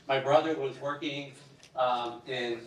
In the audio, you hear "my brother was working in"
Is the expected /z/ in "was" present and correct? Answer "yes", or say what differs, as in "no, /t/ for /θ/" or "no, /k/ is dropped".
yes